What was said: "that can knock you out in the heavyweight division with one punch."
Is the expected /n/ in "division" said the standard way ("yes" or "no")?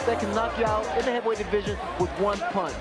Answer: yes